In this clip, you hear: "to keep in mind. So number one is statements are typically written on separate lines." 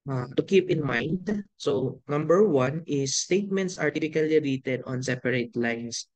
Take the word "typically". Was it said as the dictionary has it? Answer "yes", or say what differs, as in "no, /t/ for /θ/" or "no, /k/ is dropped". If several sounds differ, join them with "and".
no, /f/ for /p/